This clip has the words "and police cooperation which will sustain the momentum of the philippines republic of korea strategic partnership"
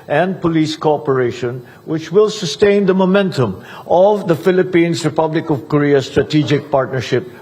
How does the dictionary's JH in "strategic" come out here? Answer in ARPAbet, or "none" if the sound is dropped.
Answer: JH